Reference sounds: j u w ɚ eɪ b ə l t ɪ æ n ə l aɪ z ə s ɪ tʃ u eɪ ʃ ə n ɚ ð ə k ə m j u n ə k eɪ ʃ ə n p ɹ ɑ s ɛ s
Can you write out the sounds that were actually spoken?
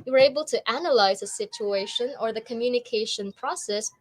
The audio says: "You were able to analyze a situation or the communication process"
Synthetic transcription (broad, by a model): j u w ɚ eɪ b ə l t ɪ æ n ə l aɪ z ə s ɪ tʃ u eɪ ʃ ə n ɚ ð ə k ə m j u n ə k eɪ ʃ ə n p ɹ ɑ s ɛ s